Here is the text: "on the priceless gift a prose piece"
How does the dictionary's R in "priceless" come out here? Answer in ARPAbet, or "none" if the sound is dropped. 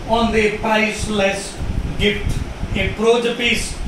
none